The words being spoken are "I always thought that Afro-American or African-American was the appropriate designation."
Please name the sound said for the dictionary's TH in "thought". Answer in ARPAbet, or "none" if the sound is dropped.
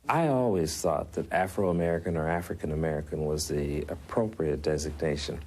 TH